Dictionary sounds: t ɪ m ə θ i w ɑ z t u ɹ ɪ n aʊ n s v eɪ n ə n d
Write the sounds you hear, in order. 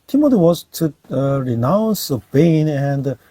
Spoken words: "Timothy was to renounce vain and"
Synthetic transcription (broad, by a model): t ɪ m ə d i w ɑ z t u ɹ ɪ n aʊ n s b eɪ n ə n d